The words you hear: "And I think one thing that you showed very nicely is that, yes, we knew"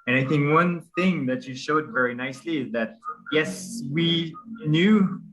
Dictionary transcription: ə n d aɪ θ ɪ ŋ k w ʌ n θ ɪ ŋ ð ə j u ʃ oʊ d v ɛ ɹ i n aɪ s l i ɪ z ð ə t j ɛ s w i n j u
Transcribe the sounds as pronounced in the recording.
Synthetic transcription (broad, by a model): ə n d aɪ θ ɪ ŋ k w ʌ n θ ɪ ŋ ð ə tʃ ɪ ʃ oʊ d v ɛ ɹ i n aɪ s l i ɪ z ð ə t j ɛ s w i n j u